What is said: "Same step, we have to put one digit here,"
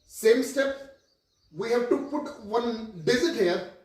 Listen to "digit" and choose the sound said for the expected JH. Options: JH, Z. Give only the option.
Z